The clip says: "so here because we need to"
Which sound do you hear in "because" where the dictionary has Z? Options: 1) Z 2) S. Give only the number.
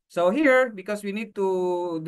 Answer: 2